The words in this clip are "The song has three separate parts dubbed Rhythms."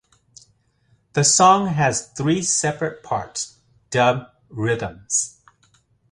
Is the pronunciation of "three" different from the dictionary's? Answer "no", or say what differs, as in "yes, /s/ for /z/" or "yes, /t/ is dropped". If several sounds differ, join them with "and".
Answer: no